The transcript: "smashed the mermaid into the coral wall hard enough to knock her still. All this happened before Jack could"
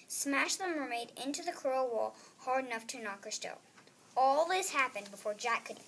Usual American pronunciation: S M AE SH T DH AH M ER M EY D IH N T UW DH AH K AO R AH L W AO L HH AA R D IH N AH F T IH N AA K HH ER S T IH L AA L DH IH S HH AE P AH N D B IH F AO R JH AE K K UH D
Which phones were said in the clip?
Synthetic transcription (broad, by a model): S M AE SH DH AH M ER M EY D IH N T UW DH AH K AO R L W AO L HH AA R D IH N AH F T IH N AA K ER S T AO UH AA L DH IH S HH AE P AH N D B IH F AO R JH AE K K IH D